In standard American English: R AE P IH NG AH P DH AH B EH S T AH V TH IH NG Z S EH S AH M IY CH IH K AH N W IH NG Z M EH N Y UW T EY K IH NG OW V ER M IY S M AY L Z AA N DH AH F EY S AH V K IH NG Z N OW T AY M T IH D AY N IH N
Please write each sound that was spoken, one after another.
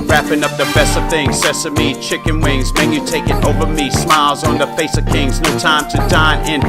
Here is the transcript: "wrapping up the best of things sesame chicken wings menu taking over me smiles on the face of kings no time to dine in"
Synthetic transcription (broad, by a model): R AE P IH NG AH P DH AH B EH S T AH V TH IH NG Z S EH S AH M IY CH IH K AH N W IH NG Z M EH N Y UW T EY K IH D OW V ER M IY S M AY L Z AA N DH AH F EY S AH V K IH NG Z N OW T AY M T IH D AY N IH N